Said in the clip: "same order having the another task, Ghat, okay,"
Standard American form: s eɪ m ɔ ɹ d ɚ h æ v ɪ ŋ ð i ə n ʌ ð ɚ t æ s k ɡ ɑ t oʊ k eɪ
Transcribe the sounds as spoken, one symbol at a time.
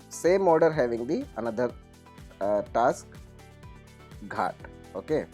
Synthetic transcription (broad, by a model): s eɪ m ɔ ɹ d ɚ h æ v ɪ ŋ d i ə n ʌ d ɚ t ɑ s k ɡ ɑ t oʊ k eɪ